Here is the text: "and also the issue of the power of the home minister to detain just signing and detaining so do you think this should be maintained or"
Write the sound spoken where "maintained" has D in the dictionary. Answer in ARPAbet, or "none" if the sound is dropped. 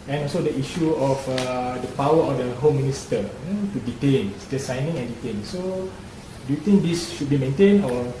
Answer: none